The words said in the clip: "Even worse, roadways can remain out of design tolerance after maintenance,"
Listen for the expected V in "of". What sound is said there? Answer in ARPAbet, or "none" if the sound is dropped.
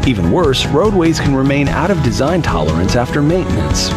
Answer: V